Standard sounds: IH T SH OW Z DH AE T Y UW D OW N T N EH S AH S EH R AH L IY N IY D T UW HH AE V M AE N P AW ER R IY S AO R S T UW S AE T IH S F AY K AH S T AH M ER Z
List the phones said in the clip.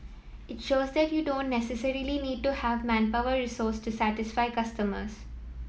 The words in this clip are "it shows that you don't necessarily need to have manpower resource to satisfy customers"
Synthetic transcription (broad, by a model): IH T SH OW Z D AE T Y UW D OW N T N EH S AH S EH R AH L IY N IY D T UW HH AE V M AE N P AW ER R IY S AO R S T UW S AE T IH S F AY K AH S T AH M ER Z